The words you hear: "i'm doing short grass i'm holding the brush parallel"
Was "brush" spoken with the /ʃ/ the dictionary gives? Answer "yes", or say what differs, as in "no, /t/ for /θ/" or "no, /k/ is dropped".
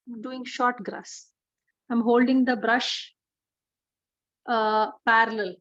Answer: yes